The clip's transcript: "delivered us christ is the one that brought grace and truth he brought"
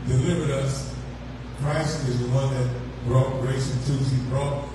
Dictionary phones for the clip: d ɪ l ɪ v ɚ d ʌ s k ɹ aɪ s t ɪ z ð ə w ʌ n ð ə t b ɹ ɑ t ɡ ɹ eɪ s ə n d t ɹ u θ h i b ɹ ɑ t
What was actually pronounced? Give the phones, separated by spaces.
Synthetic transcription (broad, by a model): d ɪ l ɪ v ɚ d ʌ s k ɹ aɪ s t ɪ z ð ə w ʌ n ð ə t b ɹ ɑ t ɡ ɹ eɪ s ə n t u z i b ɹ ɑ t